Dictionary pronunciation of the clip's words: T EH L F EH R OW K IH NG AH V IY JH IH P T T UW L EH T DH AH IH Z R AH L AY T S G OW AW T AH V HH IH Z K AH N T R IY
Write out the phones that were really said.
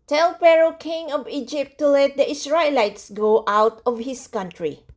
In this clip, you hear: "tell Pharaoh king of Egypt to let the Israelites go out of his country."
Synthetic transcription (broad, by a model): T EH L P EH R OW K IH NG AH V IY JH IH P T T UW L EH T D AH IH S R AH L AY T S G OW AW T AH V HH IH S K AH N T R IY